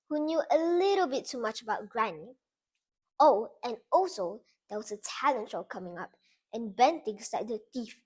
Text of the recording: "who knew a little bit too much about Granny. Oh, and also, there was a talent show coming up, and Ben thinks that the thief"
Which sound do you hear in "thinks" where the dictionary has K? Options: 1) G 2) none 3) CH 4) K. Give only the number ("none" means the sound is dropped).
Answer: 2